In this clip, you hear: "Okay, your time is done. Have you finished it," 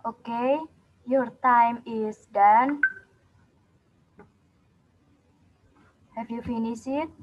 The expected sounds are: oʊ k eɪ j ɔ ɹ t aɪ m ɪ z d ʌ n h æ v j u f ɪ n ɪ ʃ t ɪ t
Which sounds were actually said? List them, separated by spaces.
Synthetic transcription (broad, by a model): oʊ k eɪ j ɔ ɹ t aɪ m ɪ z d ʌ n h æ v j u f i n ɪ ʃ ɪ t